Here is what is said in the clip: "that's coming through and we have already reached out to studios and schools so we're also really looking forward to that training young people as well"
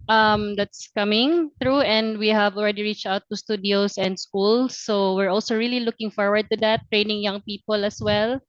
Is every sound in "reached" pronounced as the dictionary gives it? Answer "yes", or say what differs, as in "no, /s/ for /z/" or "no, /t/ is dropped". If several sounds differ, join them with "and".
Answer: yes